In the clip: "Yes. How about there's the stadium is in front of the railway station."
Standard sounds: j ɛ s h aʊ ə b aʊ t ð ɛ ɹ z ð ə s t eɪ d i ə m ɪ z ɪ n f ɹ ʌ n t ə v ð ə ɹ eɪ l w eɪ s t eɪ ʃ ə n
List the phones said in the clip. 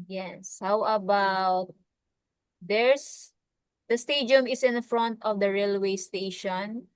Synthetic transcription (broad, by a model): j ɛ s h aʊ ə b aʊ t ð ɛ ɹ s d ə s t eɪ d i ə m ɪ s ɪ n f ɹ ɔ n t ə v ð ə ɹ eɪ l w eɪ s t eɪ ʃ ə n